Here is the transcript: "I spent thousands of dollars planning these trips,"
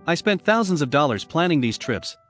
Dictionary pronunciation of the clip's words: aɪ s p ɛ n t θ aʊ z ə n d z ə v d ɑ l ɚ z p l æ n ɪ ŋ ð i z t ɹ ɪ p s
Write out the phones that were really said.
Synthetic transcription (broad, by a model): aɪ s p ɛ n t θ aʊ z ə n d z ə v d ɑ l ɚ z p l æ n ɪ ŋ ð i z t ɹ ɪ p s